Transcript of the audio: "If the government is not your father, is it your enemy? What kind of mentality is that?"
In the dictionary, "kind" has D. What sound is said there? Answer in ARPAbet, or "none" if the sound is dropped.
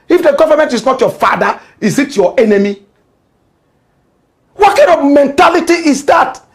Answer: none